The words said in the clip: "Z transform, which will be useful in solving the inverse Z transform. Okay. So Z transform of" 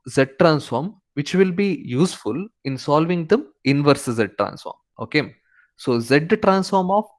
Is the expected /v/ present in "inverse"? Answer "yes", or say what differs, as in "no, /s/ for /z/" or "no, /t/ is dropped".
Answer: yes